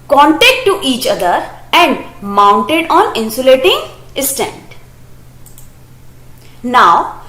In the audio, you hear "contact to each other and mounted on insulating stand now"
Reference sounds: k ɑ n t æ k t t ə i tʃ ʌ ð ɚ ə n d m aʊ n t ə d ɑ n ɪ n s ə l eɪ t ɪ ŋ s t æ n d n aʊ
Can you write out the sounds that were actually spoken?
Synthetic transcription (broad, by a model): k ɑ n t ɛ k t t i tʃ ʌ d ɚ ə n d m aʊ n t ə d ɑ n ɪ n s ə l eɪ t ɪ ŋ s t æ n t n aʊ